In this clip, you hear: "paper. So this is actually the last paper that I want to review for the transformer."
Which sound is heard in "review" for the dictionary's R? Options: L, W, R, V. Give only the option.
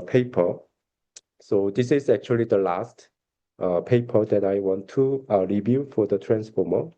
R